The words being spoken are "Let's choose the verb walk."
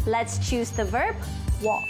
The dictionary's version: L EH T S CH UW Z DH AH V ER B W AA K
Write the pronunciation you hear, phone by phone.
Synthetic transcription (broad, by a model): L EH T S CH UW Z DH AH V ER B W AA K